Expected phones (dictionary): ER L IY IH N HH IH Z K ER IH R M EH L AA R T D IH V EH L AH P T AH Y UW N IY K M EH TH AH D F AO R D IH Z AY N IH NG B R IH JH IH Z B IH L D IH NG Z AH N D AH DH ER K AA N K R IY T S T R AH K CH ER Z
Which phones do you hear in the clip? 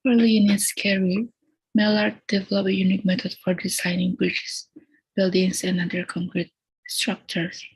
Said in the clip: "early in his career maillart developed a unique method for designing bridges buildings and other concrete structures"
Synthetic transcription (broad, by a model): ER L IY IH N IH S K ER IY M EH L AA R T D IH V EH L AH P AH Y UW N IY K M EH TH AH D F AO R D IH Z AY N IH NG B R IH CH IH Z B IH L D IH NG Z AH N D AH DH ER K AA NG K R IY T S T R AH K CH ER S